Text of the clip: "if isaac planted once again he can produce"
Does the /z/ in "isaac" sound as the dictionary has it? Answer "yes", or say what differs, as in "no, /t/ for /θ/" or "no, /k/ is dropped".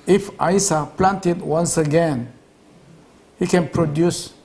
no, /s/ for /z/